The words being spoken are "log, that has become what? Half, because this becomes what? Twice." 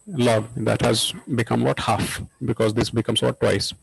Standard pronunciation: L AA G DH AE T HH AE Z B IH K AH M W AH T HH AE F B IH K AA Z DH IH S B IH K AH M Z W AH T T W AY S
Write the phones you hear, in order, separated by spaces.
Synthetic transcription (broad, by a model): L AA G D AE T HH AE Z B IH K AH M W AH T HH AE F B IH K AA Z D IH S B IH K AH M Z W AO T T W AY S